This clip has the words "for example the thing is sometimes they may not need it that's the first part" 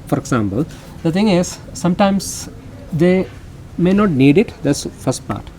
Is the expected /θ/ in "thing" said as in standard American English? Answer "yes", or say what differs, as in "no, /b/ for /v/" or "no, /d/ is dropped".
no, /t/ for /θ/